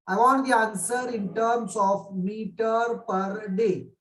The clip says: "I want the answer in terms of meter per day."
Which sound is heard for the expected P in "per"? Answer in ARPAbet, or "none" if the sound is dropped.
P